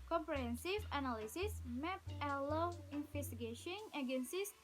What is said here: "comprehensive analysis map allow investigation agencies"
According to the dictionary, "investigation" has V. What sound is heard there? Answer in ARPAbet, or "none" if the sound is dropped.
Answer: F